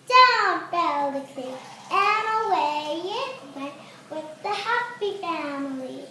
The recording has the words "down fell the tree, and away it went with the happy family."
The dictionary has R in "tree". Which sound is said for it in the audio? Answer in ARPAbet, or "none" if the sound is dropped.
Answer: none